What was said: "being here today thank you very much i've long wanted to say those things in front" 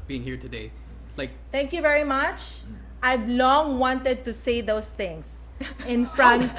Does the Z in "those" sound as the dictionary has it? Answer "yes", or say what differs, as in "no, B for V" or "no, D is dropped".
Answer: no, S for Z